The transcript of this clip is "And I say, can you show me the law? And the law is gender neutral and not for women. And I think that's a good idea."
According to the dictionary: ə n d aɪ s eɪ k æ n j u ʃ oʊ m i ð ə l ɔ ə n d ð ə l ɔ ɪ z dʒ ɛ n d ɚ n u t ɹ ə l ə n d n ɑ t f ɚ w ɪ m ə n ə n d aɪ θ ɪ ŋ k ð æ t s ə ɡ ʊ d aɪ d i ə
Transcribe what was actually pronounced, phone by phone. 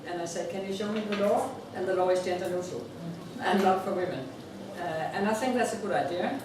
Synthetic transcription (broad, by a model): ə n aɪ s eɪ k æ n j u ʃ oʊ m i ð ə l ɔ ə n ð ə l ɔ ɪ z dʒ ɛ n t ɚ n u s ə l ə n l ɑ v f ɚ w ɪ m ə n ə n aɪ θ ɪ ŋ k ð æ t s ə ɡ ʊ d aɪ d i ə